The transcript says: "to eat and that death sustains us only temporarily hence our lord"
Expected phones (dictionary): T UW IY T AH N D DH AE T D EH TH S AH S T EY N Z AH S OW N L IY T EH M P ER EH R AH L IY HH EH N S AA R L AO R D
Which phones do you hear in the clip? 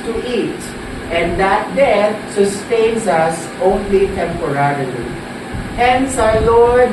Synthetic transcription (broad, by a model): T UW IY T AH N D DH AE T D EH T S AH S T EY N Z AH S OW N L IY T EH M P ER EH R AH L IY HH EH N S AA L AO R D